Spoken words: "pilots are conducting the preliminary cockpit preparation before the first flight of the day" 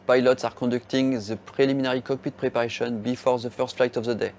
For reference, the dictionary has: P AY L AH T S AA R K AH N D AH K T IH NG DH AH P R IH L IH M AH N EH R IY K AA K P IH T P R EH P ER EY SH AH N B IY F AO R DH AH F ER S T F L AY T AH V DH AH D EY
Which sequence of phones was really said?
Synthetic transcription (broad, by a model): P AY L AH T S AA R K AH D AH K T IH NG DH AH P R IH L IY M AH N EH R IY K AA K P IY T P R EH P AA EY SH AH N B IY F AO R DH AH F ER S T F L AY T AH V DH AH D EY